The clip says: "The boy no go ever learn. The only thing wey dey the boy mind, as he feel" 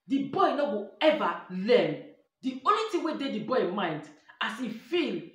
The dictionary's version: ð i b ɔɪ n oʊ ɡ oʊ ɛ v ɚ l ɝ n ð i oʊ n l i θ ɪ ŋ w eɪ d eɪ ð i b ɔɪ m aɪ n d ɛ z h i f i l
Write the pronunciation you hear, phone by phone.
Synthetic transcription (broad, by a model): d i b ɔɪ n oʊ ɡ oʊ ɛ v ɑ l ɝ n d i oʊ n l i t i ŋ w eɪ d eɪ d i b ɔɪ m aɪ n d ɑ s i f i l